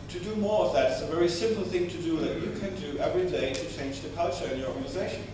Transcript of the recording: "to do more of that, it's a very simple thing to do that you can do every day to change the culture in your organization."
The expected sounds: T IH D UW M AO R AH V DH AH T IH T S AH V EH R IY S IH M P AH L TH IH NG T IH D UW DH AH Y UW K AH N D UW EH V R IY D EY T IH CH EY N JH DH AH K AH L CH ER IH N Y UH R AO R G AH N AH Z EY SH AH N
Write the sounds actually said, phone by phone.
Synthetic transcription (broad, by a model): T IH D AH M AO R AH V DH AH T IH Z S AH V EH R IY S IH M P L TH IH NG T IH D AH DH AH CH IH K AH N D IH EH V R IY D EY T IH CH EY N JH DH AH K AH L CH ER IH N Y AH R AO R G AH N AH Z EY SH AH N